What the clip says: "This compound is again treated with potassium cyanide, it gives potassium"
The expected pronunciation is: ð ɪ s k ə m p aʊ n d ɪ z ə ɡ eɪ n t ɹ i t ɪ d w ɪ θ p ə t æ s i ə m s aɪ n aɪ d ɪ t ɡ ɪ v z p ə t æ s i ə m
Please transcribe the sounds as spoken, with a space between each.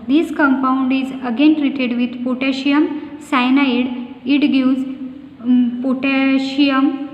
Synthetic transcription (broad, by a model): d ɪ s k ə m p aʊ n d ɪ z ə ɡ eɪ n t ɹ i t ɪ d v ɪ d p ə t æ ʃ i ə m s aɪ n aɪ d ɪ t ɡ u z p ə t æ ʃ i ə m